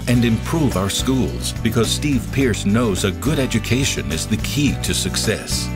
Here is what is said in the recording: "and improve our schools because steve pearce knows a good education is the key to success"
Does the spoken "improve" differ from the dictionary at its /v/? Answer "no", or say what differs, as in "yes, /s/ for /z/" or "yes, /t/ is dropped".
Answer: no